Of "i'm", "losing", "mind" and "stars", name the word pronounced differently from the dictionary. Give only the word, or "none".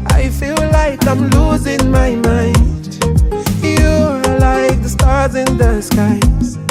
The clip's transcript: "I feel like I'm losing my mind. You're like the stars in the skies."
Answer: none